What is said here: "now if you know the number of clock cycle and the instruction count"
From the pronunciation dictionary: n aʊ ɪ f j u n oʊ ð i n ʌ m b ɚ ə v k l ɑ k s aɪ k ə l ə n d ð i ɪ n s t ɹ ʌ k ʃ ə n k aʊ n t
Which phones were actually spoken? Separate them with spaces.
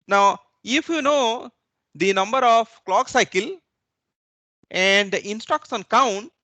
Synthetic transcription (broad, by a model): n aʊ ɪ f j u n oʊ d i n ʌ m b ɚ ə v k l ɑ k s aɪ k ə l ə n d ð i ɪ n s t ɔ k s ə n k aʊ n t